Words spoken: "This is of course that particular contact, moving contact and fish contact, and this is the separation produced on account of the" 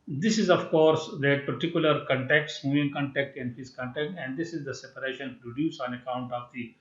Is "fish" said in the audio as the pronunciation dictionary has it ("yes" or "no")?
no